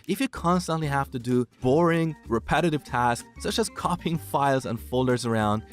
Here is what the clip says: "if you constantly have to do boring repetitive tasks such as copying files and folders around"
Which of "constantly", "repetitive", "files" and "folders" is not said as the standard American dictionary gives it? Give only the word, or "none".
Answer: none